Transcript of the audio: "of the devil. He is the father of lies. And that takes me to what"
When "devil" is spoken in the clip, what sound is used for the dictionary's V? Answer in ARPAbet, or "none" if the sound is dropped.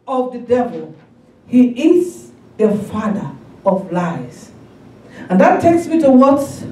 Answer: V